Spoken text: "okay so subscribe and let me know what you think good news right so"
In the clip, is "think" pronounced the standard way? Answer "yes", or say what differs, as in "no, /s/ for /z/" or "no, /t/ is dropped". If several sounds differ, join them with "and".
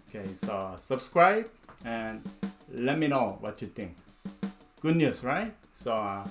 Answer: no, /t/ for /θ/